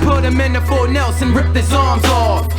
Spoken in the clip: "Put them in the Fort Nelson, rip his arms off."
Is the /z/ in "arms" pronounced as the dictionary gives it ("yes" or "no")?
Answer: yes